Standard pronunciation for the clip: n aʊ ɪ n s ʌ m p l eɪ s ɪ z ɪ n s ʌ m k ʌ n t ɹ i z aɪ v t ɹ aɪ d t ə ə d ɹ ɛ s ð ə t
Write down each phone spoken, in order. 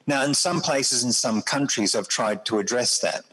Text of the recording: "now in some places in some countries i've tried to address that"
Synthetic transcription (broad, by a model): n aʊ ɪ n s ʌ m p l eɪ s ɪ z ɪ n s ʌ m k ʌ n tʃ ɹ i z aɪ v t ɹ aɪ d t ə ə d ɹ ɛ s ð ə t